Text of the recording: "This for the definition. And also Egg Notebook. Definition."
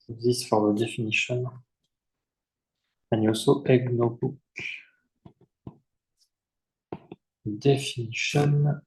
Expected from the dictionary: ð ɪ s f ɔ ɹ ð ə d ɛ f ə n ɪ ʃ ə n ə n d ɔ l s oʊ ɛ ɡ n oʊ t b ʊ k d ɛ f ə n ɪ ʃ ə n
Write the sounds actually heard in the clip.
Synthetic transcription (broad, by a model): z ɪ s f ɔ ɹ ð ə d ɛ f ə n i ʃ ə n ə n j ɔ s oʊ ɛ ɡ n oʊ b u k d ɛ f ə n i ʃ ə n